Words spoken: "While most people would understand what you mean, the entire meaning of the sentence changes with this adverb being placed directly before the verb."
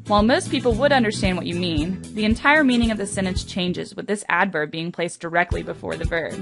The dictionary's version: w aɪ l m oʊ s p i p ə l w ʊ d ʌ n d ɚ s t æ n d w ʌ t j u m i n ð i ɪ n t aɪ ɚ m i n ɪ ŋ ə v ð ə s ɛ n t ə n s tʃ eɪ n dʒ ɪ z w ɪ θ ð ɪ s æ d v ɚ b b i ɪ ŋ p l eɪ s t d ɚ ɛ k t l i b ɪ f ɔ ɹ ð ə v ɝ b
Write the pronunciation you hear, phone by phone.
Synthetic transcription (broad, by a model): w aɪ l m oʊ s p i p l w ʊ d ʌ n d ɚ s t æ n d w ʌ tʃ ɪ m i n ð i ɪ n t aɪ ɚ m i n ɪ ŋ ə v ð ə s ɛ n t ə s tʃ eɪ n dʒ ɪ z w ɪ ð ɪ s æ d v ɚ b b i ɪ ŋ p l eɪ s d ɚ ɛ k t l i b ɪ f ɔ ɹ ð ə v ɝ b